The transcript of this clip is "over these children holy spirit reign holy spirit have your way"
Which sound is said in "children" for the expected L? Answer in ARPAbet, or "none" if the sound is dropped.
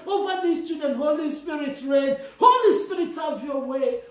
none